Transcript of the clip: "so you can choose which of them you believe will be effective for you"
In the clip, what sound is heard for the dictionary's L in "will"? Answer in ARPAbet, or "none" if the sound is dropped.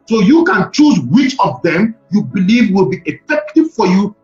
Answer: L